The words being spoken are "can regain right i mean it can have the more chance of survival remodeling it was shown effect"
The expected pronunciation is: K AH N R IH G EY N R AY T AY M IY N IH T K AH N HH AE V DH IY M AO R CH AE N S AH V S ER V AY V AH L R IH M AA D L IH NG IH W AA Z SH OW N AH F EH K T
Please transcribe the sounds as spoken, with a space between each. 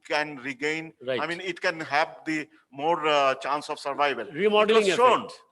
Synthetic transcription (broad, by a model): K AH N R IH G EY N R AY AY M IY N IH T K AH N HH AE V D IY M AO R CH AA N S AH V S ER V AY V AH L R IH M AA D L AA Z SH OW N